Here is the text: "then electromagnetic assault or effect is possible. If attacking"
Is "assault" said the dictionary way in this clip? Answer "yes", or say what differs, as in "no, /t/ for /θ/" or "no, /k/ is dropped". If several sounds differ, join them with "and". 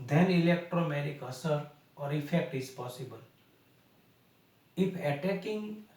no, /l/ is dropped